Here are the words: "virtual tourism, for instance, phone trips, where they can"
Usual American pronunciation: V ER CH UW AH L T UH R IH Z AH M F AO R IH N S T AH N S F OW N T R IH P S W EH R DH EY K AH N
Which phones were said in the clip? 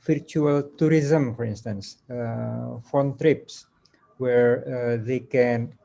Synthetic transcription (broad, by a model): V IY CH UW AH L T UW R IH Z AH M F AO R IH N S T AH N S F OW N T R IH P S W EH R DH EY K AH N